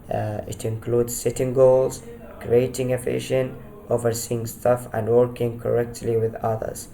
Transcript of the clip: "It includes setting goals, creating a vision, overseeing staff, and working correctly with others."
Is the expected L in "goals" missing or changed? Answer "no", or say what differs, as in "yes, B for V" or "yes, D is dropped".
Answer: no